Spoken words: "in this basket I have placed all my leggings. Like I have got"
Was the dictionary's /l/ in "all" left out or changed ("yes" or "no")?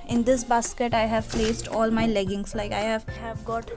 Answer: no